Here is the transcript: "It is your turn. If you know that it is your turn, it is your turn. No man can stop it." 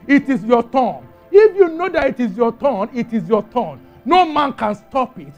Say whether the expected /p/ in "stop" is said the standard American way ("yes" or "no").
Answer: yes